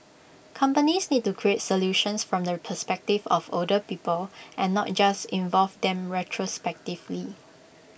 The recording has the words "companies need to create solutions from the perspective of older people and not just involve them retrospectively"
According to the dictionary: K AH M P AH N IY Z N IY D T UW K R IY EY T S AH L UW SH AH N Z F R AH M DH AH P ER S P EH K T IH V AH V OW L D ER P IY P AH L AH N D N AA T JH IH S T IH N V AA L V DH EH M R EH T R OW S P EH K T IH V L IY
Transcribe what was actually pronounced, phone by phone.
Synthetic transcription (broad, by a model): K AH M P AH N IY S N IY D T UW K R IY EY T S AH L UW SH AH N S F R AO M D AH P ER S P EH K T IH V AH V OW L D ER P IY P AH L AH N N AA T JH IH S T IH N V AA L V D EH M R EH T R OW S P EH K T IH V L IY